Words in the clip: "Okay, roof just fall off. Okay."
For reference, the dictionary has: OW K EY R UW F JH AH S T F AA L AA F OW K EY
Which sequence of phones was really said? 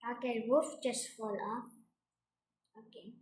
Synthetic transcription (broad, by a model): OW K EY W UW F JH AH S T F AA L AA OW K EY